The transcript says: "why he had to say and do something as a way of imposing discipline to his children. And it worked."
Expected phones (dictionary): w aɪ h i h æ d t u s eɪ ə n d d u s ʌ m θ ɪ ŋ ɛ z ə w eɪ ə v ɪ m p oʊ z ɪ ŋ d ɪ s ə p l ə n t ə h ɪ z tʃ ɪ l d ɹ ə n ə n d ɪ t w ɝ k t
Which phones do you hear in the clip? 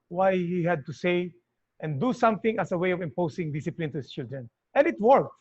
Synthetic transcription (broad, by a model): w aɪ h i h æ d t u s eɪ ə n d d u s ʌ m θ ɪ ŋ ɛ s ə w eɪ ə v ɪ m p oʊ s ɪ ŋ d ɪ s ə p l ə n t ə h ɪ s tʃ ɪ l d ɹ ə n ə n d ɪ t w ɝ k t